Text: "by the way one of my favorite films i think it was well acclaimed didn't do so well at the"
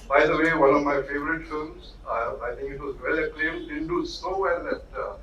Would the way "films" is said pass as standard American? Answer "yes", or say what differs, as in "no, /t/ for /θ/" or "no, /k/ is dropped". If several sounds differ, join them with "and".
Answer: no, /l/ is dropped